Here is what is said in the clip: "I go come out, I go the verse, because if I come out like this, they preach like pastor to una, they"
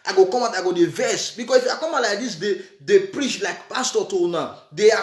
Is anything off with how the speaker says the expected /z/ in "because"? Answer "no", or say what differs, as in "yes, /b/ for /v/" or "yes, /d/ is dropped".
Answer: yes, /s/ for /z/